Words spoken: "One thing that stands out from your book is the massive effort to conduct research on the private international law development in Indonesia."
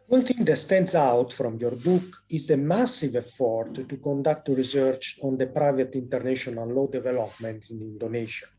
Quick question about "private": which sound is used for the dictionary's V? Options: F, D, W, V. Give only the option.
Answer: V